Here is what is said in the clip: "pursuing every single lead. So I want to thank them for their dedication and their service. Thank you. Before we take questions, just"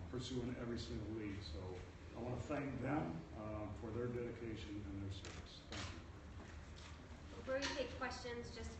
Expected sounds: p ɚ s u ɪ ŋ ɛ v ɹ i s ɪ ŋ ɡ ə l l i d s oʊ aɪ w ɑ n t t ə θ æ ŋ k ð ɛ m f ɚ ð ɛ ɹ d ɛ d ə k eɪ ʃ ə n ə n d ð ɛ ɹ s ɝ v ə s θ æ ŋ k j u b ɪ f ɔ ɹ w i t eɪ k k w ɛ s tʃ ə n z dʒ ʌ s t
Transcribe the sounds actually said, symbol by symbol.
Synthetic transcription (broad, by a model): p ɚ s u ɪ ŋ ɛ v ɹ i s ɪ ŋ ɡ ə l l i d s oʊ aɪ w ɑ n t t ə θ æ ŋ k ð ɛ m f ɚ ð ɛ ɹ d ɛ d ə k eɪ ʃ ə n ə n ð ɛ ɹ s ɝ v ə s θ æ ŋ k j u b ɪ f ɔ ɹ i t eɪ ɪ k w ɛ s tʃ ə n z dʒ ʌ s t